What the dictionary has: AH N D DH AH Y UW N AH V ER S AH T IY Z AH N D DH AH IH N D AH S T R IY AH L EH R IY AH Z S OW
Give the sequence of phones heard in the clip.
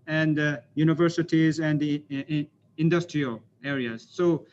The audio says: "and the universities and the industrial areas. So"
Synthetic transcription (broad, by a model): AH N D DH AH Y UW N AH V ER S AH T IY Z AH N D IH N D AH S T R IY AH L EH R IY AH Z S OW